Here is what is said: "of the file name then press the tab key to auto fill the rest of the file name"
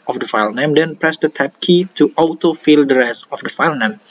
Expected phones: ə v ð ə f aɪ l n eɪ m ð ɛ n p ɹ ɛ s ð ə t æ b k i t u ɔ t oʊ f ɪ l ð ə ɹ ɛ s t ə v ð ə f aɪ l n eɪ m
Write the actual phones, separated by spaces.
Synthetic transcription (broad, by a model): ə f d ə f aɪ l n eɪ m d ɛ n p ɹ ɛ s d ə t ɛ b k i t u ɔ t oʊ f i l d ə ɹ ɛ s ə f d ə f aɪ l n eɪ m